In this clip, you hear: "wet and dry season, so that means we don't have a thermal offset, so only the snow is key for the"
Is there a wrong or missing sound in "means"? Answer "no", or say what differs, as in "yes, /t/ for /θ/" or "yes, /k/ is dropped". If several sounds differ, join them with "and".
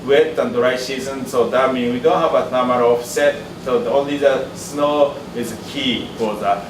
yes, /z/ is dropped